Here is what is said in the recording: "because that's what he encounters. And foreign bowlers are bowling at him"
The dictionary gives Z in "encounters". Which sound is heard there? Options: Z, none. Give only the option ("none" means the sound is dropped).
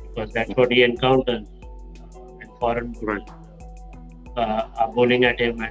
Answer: none